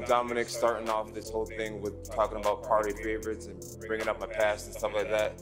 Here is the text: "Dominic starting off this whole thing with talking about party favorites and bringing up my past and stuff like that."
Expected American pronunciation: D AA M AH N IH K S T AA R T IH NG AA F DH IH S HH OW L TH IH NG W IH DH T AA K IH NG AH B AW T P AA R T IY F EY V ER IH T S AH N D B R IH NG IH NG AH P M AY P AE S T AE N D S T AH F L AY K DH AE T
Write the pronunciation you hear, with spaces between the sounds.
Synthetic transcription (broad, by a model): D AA M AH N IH K S T AA R T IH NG AA F DH IH S HH OW L TH IH NG W IH DH T AA K IH NG AH B AW T P AA R T IY F EY V ER IH T S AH N B R IH NG IH NG AH P M AY P AE S T N S T AH F L AY K DH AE T